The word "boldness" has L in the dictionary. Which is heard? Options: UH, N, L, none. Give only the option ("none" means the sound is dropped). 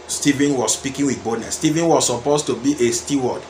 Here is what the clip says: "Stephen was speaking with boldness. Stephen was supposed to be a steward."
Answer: none